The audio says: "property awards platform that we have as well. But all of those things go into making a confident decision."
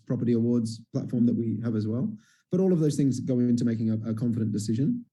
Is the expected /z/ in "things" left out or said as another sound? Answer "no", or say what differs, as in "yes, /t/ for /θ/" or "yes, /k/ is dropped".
no